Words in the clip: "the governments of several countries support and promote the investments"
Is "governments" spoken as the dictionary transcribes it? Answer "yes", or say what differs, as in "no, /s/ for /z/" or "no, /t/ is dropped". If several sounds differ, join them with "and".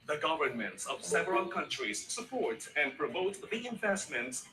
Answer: yes